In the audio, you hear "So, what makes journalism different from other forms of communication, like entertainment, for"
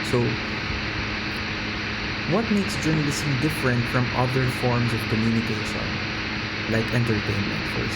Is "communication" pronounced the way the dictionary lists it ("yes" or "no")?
no